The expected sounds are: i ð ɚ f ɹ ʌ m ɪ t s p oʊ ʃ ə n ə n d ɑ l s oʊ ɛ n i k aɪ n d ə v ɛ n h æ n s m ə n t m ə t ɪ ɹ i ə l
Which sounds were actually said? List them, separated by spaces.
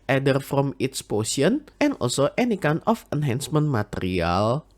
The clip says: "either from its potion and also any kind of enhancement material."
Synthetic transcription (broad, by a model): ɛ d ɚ f ɹ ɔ m ɪ t s p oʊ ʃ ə n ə n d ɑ l s oʊ ɛ n i k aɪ n ə f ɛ n h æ n s m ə n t m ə t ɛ ɹ i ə l